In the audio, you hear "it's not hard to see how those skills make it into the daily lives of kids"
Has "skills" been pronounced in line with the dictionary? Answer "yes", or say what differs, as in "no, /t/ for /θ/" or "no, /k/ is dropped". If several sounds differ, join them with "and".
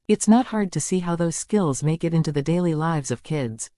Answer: yes